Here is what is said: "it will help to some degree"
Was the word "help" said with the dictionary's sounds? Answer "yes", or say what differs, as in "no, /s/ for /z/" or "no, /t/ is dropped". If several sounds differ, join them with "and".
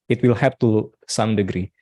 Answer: no, /l/ is dropped